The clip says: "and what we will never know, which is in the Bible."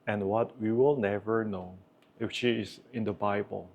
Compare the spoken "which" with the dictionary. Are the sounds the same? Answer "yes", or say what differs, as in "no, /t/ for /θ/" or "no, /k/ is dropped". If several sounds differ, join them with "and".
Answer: no, /ʃ/ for /tʃ/